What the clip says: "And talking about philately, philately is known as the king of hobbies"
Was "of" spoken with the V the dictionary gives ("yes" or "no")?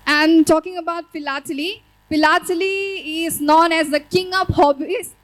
no